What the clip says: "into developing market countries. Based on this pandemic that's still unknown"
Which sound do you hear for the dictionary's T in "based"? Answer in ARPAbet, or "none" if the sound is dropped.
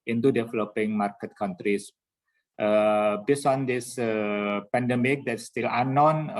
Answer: none